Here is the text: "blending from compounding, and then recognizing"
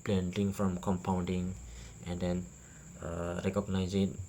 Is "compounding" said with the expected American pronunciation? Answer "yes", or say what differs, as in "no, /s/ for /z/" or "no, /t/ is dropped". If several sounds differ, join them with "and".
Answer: yes